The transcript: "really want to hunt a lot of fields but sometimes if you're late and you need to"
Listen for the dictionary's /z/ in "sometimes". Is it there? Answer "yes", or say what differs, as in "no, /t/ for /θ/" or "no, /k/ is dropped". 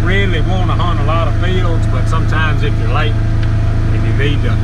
yes